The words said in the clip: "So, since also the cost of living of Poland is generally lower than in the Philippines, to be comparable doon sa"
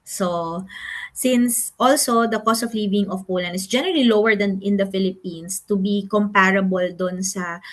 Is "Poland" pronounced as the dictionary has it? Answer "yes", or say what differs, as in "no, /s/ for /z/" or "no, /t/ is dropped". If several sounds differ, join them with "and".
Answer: no, /d/ is dropped